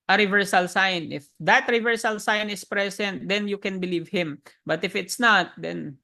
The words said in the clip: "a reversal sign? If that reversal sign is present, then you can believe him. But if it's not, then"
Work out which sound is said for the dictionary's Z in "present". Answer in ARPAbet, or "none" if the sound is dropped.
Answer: S